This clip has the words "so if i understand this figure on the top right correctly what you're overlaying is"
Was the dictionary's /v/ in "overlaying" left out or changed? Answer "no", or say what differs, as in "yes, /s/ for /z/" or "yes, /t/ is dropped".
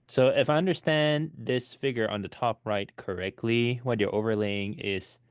no